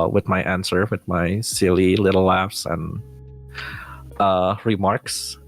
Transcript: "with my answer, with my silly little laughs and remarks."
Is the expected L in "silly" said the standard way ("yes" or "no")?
yes